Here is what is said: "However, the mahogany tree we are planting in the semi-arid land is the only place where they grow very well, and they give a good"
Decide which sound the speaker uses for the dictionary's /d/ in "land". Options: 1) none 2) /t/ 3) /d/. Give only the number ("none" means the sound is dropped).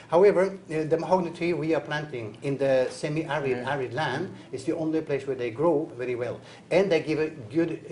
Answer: 3